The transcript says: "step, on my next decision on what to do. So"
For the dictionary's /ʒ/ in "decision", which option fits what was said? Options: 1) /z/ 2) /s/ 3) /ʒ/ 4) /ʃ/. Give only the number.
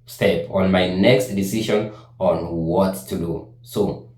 4